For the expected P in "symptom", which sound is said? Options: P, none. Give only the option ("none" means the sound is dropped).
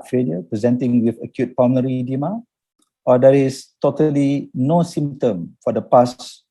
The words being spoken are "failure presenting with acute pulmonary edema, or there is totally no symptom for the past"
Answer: none